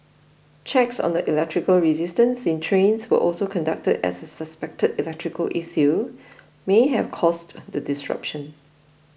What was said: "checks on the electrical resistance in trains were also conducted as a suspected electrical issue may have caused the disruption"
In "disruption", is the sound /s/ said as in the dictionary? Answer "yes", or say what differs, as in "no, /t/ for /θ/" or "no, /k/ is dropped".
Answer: yes